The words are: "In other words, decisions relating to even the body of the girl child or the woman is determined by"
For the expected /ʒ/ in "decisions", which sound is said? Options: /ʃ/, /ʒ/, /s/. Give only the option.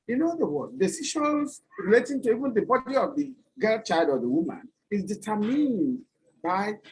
/ʃ/